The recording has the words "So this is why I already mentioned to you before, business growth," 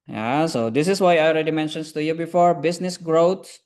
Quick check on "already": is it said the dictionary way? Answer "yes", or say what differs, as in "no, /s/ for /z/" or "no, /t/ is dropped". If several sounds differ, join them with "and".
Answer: yes